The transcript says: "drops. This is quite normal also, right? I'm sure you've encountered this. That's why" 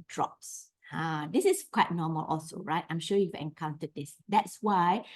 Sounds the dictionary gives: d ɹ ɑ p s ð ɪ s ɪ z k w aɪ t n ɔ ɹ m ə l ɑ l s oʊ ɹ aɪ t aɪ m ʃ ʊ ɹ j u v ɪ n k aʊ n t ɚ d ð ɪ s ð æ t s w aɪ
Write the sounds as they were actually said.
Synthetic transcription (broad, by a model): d ɹ ɑ p s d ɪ s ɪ s k w aɪ t n ɔ m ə l ɑ l s oʊ ɹ aɪ t aɪ m ʃ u j u v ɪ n k aʊ n t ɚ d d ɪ s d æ t s w aɪ